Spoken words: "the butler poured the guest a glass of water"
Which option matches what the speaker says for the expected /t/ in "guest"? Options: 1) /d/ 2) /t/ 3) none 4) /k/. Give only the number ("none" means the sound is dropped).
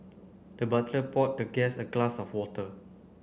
3